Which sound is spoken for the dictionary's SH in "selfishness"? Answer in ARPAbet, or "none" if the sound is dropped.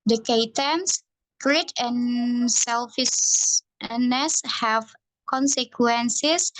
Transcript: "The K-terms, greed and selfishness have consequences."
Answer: S